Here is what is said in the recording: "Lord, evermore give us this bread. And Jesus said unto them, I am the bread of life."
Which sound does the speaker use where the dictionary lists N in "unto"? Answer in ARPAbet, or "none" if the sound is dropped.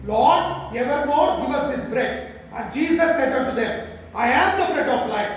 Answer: none